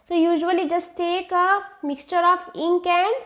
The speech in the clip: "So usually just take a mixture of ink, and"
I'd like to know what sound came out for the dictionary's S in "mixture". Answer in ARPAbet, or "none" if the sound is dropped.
S